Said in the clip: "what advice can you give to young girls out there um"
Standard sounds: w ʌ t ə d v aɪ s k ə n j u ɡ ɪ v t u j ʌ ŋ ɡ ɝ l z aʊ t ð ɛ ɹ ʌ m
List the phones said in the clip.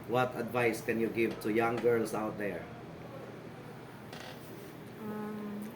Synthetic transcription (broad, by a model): w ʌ t ə d v aɪ s k ə n j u ɡ ɪ v t u j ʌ ŋ ɡ ɝ l s aʊ t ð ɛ ɹ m